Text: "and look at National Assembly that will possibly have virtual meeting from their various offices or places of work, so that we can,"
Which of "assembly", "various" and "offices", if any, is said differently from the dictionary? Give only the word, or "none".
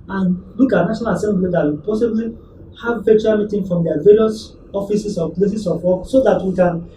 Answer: offices